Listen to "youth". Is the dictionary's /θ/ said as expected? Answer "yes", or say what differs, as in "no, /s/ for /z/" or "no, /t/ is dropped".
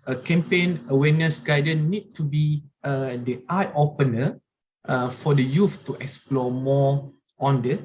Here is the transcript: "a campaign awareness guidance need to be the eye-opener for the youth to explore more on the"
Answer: no, /f/ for /θ/